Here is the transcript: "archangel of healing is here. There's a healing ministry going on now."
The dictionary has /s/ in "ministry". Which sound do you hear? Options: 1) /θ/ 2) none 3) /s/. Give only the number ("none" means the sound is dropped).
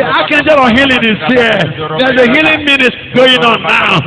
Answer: 2